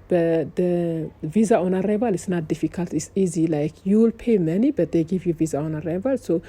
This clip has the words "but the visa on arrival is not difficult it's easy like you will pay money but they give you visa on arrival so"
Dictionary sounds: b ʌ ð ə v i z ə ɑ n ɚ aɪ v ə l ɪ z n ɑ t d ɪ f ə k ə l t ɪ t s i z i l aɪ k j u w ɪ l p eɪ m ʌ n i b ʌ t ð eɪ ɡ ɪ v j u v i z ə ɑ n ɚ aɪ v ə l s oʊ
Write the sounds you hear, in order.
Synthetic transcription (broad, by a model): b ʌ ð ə v i z ə ɑ n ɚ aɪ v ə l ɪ s n ɑ t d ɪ f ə k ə l t ɪ t s i z i l aɪ k j u w ɪ l p eɪ m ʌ n i b ʌ t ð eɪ ɡ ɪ v j u v i z ə ɑ n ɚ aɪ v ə l s oʊ